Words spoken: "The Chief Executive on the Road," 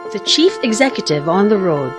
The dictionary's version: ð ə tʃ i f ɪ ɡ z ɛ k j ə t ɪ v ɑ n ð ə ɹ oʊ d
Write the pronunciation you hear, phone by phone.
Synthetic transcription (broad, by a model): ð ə tʃ i f ɪ ɡ z ɛ k j ə t ɪ v n ð ə ɹ oʊ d